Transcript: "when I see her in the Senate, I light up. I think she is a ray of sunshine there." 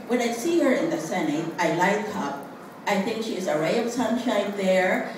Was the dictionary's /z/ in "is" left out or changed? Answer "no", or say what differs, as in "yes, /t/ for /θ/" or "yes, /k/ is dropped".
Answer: no